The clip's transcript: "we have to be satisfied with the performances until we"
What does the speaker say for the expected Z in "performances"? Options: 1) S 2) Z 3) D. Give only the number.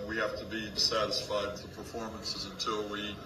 2